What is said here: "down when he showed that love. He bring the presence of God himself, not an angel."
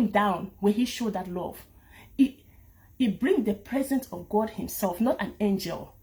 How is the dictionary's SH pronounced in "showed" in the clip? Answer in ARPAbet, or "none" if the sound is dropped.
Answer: SH